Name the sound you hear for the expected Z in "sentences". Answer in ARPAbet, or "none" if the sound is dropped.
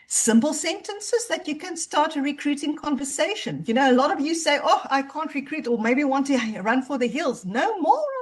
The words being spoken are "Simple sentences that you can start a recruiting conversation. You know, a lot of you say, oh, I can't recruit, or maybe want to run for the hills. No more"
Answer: Z